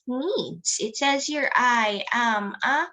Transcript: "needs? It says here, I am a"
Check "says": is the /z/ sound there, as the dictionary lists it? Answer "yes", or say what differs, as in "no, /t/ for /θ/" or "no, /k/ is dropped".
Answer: yes